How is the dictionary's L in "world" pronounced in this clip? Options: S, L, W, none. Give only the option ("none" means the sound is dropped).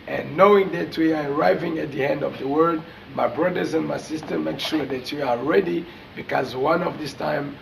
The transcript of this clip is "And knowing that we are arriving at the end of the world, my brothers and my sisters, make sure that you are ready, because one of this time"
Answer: none